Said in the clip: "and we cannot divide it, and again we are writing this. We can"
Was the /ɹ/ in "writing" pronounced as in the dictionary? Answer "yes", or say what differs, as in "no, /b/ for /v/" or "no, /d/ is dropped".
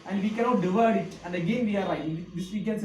no, /l/ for /ɹ/